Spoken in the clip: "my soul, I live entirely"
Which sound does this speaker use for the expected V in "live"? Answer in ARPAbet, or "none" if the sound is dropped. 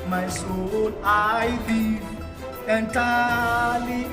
none